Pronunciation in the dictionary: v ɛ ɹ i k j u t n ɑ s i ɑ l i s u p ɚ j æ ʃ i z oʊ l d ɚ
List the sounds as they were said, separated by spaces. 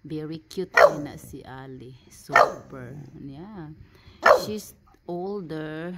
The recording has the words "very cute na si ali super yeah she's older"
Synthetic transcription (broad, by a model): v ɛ ɹ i k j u t n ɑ s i ɑ l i s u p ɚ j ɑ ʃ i s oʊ l d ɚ